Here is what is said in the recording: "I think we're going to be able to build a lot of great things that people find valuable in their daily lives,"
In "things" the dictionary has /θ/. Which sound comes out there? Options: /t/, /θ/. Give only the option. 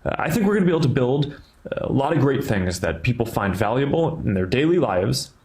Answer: /θ/